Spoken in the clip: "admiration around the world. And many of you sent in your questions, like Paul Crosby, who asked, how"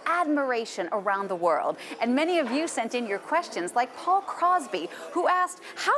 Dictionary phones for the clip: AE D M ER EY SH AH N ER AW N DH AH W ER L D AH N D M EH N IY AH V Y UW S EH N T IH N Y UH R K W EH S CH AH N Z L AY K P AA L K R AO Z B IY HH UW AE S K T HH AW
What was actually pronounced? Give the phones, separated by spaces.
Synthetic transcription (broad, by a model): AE D M ER EY SH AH N ER AW N DH AH W ER L D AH N M EH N IY AH V Y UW S EH N T IH N Y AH R K W EH S CH AH N Z L AY K P AA L K R AO Z B IY HH UW AE S K T HH AW